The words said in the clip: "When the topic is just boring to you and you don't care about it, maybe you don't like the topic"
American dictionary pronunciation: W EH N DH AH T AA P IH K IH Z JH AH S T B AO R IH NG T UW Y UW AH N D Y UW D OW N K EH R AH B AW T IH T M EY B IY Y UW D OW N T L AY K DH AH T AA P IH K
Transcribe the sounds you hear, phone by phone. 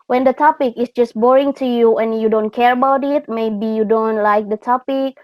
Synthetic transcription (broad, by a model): W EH N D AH T AA P IH K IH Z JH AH S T B AO R IH NG T UW Y UW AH N Y UW D OW N K EH R AH B AW T IH T M EY B IY Y UW D OW N T L AY K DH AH T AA P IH K